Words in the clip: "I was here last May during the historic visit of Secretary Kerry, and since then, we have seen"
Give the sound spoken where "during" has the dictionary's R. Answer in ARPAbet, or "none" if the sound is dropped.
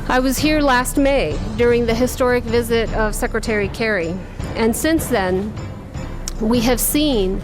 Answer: R